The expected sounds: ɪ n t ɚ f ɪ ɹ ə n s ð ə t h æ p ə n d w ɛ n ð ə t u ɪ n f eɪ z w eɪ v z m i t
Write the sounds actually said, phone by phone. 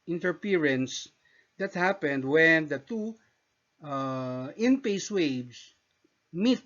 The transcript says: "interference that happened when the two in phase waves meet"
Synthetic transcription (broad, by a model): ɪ n t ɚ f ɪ ɹ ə n s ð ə t h æ p ə n d w ɛ n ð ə t u ɪ n p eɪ s w eɪ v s m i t